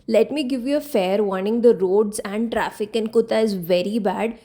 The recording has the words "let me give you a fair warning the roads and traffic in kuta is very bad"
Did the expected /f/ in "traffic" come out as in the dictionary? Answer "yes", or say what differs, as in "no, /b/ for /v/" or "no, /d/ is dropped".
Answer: yes